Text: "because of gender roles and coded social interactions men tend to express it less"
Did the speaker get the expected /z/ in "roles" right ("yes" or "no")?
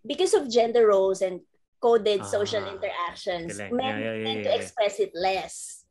no